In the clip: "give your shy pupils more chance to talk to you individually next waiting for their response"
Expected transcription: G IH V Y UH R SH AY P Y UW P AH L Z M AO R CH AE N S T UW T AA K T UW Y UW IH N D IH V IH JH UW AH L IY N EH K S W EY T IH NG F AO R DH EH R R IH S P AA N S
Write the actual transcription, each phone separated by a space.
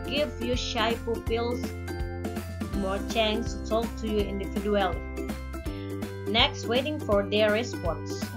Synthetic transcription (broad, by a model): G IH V Y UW SH AY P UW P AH L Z M AO R CH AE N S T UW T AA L T UW Y UW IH N D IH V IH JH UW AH L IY N EH K S W EY T IH NG F AO R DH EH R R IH S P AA N S